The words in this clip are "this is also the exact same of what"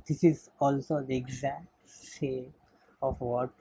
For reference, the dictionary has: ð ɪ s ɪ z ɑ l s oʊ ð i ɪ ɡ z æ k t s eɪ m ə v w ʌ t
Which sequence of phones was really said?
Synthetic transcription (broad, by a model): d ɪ s ɪ z ɑ l s oʊ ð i ɪ ɡ z æ k t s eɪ ə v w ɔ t